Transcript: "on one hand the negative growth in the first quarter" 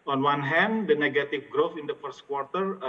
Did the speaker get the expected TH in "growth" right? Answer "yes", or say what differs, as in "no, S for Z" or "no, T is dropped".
no, F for TH